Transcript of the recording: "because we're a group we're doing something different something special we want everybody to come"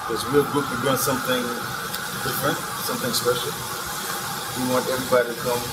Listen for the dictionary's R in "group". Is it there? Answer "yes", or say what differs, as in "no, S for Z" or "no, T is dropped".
no, R is dropped